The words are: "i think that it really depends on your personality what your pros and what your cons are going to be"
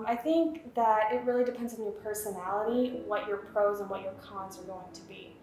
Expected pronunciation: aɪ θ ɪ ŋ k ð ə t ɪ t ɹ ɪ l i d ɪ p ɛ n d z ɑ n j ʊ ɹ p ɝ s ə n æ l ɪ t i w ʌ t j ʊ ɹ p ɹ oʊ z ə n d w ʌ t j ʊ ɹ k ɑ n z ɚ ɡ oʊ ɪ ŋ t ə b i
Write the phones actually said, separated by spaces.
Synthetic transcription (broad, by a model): aɪ θ ɪ ŋ k ð ə t ɪ t ɹ ɪ l i d ɪ p ɛ n d z n j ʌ ɹ p ɝ s ə n æ l ɪ t i w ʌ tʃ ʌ ɹ p ɹ oʊ z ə n w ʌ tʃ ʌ ɹ k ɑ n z ɚ ɡ oʊ ɪ ŋ t ə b i